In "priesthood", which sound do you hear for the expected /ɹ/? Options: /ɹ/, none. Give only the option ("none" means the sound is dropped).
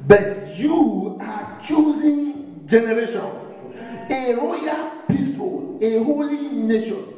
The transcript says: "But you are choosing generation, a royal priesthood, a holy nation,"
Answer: none